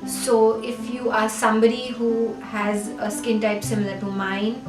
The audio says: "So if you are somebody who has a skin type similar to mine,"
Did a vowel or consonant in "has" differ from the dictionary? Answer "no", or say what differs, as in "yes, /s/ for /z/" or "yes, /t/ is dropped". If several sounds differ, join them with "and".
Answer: no